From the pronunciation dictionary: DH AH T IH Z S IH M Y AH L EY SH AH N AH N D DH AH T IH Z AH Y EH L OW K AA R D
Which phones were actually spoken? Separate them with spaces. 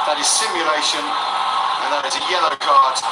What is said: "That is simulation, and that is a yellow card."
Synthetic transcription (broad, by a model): DH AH T IH Z S IH M Y AH L EY SH AH N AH N DH AH T IH Z AH Y EH L OW K AA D